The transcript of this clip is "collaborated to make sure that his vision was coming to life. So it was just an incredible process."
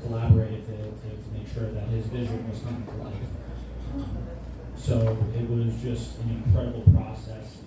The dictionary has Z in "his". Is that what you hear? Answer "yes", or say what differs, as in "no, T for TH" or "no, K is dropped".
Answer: yes